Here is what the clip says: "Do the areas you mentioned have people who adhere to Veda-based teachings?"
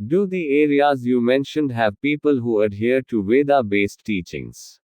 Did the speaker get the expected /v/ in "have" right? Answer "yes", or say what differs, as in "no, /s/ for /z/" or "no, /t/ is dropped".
yes